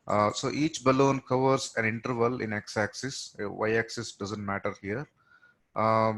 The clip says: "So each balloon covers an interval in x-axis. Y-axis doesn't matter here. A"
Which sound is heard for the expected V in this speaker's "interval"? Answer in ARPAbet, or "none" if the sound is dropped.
V